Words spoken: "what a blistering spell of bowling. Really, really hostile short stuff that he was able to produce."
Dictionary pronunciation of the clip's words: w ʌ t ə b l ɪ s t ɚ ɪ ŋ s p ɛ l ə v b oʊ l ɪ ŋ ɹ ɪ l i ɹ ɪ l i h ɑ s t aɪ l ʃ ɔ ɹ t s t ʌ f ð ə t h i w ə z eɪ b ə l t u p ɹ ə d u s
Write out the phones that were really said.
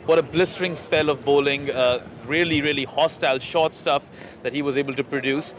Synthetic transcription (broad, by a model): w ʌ t ə b l ɪ s t ɚ ɪ ŋ s p ɛ l ə v b oʊ l ɪ ŋ ɹ ɪ l i ɹ ɪ l i h ɑ s t aɪ l ʃ ɔ ɹ t s t ʌ f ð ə t h i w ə z eɪ b ə l t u p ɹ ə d u s